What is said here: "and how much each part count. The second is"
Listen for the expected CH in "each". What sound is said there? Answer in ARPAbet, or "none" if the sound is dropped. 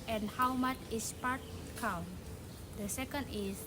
S